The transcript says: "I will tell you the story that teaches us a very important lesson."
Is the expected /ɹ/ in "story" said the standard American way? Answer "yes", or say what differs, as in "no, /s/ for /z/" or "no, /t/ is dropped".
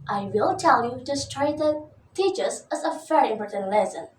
no, /ɹ/ is dropped